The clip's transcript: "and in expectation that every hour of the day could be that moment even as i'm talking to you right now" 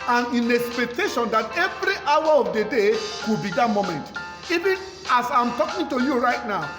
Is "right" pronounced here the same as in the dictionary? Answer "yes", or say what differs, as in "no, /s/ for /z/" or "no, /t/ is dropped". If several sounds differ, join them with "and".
yes